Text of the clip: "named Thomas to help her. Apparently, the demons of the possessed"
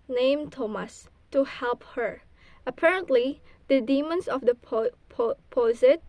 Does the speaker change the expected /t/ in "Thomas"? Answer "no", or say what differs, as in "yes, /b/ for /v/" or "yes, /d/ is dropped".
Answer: no